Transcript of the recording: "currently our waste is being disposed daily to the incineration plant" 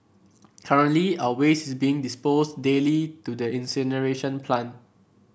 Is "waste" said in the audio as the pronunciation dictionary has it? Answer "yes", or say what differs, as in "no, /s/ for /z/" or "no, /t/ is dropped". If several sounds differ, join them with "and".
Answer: no, /t/ is dropped